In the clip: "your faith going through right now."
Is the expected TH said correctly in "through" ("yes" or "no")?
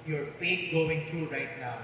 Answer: no